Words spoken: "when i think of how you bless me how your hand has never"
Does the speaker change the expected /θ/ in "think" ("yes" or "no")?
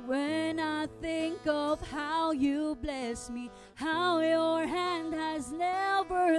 no